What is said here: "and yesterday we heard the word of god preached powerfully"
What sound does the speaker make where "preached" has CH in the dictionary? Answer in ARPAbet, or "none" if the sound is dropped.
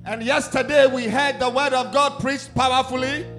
S